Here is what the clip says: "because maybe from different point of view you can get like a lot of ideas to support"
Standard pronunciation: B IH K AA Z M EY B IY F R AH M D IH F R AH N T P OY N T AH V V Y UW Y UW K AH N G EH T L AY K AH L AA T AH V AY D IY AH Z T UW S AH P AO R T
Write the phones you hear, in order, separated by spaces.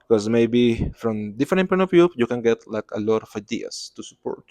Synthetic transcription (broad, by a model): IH K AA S M EY B IY F R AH M D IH F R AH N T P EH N AH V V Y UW Y UW K AH N G EH T L AY K AH L AA T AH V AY D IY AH S T UW S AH P AO R T